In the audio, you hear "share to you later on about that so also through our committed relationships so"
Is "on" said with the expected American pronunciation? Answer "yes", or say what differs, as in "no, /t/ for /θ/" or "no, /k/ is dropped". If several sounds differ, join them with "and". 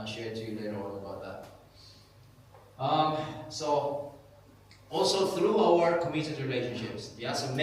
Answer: no, /l/ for /n/